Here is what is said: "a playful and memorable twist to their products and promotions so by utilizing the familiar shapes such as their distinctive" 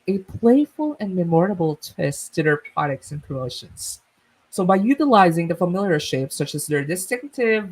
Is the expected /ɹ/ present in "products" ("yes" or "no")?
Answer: no